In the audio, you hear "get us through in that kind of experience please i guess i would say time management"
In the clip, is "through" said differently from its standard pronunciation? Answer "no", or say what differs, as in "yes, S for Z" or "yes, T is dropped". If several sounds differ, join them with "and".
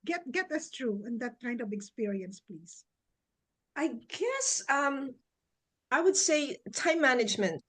yes, T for TH